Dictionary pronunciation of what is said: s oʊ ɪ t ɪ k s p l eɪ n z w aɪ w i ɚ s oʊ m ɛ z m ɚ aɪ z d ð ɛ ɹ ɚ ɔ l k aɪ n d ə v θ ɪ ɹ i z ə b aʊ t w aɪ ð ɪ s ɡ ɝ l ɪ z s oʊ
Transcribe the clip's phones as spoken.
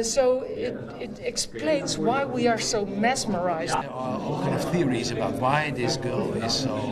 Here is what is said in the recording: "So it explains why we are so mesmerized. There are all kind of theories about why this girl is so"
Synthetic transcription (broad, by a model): s oʊ ɪ t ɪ k s p l eɪ n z w aɪ w i ɚ s oʊ m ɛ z m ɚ aɪ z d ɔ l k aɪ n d ə v θ ɪ ɹ i z ə b aʊ t w aɪ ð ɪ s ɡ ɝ l ɪ z s oʊ